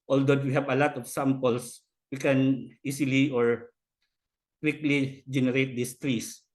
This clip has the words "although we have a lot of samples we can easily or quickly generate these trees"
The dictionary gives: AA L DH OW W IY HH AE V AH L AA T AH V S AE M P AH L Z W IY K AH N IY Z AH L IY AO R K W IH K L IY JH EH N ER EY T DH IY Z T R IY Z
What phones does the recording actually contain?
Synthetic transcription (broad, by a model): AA L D OW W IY HH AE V AH L AA T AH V S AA M P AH L S W IY K AH N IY S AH L IY AO R K W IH K L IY JH EH N ER EY T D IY S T R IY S